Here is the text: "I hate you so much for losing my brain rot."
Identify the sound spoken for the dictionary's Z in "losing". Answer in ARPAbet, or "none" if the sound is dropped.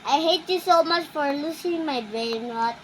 S